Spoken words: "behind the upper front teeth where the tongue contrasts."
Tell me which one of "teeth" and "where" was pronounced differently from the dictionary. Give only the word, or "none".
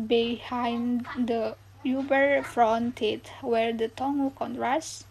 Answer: teeth